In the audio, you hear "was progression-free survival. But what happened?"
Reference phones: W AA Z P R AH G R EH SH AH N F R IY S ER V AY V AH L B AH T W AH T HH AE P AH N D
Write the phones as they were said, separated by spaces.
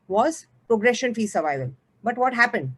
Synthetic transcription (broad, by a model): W AA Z P R AH G R EH SH AH N F IY S ER V AY V AH L B AH T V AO T HH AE P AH N D